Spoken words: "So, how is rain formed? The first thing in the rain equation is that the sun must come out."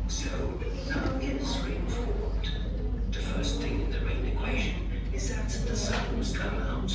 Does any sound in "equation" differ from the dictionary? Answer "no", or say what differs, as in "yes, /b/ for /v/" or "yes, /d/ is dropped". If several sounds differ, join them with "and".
no